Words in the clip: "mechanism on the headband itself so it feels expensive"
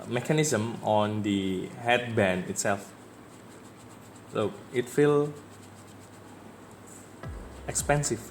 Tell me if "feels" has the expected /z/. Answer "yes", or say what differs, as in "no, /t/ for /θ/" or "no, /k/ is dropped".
no, /z/ is dropped